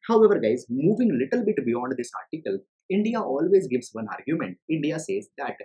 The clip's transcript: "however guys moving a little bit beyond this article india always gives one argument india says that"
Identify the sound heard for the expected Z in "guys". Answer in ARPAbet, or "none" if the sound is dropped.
Z